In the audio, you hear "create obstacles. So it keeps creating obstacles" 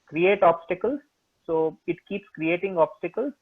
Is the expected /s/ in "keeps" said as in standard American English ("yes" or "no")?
yes